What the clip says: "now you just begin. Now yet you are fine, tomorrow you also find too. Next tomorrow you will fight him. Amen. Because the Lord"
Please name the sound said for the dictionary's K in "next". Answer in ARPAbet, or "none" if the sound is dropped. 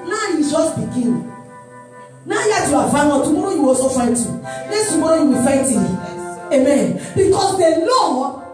none